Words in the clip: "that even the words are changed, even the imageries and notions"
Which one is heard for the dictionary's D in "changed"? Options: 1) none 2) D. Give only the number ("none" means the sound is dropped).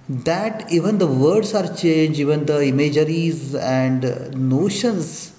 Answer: 1